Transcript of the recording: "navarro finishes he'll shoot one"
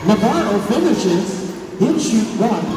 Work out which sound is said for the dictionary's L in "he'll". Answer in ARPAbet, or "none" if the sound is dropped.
N